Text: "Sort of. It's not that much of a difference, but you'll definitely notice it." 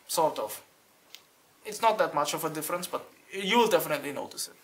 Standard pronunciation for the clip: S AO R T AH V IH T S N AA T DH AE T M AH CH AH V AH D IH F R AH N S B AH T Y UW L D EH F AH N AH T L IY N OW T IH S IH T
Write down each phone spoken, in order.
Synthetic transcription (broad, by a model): S AO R T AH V IH T S N AA T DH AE T M AH CH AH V AH D IH F R AH N S B AH T Y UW L D EH F AH N AH T L IY N OW T IH S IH T